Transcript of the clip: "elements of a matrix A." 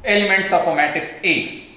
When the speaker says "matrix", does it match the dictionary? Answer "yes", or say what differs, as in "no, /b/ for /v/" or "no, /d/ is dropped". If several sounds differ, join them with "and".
no, /ɹ/ is dropped